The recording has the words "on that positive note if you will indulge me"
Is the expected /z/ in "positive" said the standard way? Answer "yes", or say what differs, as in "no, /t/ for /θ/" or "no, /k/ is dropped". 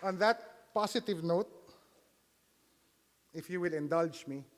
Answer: no, /s/ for /z/